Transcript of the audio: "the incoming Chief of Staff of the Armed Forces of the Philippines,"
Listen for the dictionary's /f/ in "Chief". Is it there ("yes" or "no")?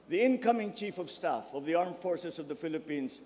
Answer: yes